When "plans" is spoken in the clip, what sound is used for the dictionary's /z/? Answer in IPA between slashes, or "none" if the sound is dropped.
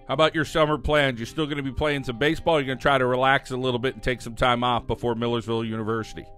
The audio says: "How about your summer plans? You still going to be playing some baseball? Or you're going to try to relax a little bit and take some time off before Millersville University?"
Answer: /z/